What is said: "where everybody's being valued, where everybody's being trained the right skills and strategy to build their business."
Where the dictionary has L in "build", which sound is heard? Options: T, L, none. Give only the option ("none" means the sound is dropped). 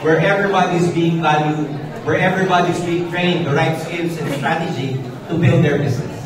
L